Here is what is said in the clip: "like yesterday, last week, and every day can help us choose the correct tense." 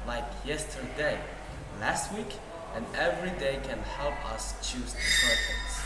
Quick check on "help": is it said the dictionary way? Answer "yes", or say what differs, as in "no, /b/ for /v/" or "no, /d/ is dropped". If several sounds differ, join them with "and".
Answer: yes